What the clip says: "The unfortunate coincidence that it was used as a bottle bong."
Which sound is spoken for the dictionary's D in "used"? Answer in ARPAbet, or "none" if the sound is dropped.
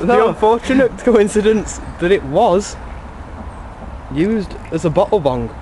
D